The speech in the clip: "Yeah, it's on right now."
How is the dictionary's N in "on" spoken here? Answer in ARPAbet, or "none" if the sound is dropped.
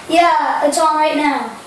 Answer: L